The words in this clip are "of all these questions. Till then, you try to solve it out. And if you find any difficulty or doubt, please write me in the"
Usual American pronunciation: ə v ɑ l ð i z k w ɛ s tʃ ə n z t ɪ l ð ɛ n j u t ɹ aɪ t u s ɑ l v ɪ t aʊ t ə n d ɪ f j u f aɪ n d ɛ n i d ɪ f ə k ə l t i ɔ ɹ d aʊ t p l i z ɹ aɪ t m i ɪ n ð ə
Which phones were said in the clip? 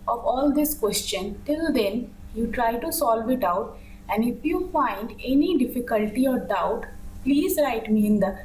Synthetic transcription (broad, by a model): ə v ɑ l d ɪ s k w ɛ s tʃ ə n t ɪ l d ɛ n j u t ɹ aɪ t u s ɑ l v ɪ t aʊ t ə n d ɪ f j u f aɪ n d ɛ n i d ɪ f ə k ə l t i ɔ ɹ d aʊ t p l i z ɹ aɪ t m i ɪ n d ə